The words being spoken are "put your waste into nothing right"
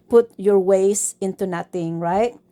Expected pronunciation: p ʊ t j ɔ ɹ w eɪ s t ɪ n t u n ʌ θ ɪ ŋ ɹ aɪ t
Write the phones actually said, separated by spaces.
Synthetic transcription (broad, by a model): p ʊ t j ɔ ɹ w eɪ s ɪ n t u n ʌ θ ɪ ŋ ɹ aɪ t